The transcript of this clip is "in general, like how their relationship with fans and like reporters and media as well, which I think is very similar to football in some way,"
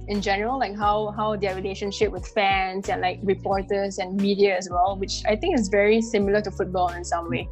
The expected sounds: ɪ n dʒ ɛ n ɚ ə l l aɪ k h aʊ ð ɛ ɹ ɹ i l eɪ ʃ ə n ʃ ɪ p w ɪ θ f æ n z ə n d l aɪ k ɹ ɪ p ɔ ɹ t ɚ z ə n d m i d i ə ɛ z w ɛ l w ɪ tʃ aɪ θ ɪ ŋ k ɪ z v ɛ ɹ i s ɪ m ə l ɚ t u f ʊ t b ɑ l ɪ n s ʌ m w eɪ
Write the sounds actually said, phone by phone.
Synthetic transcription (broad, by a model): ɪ n dʒ ɛ n ɚ ə l l aɪ k h aʊ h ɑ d ɹ i l eɪ ʃ ə n ʃ ɪ p w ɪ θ f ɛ n s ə n l aɪ k ɹ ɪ p ɔ ɹ t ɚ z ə n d m i d i ə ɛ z w ɛ l w ɪ tʃ aɪ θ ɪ ŋ k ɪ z v ɛ ɹ i s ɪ m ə l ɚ t u f ʊ t b ɑ l ɪ n s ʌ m w eɪ